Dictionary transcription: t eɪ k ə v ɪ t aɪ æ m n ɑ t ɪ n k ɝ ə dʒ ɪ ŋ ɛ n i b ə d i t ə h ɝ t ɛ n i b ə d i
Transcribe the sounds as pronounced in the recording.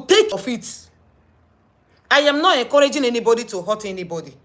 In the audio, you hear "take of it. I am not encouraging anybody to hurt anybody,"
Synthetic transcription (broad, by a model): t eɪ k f ɪ t aɪ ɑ m n ɑ t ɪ k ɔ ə dʒ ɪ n ɛ n i b ə d i t ə h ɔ t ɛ n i b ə d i